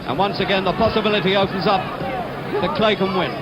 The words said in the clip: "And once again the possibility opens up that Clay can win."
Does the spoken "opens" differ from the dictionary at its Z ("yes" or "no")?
no